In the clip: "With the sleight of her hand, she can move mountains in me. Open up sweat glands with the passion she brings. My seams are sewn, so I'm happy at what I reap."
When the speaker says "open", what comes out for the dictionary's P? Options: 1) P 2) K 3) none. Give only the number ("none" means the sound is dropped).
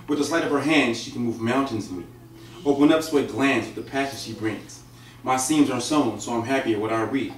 3